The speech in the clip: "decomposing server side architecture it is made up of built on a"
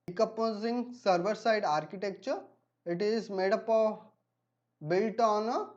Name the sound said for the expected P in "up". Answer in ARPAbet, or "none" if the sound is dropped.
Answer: P